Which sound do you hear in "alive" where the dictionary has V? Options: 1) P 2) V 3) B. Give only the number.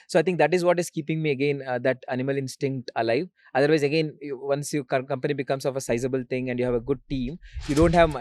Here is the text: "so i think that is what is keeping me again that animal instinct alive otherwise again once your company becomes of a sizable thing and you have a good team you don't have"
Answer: 2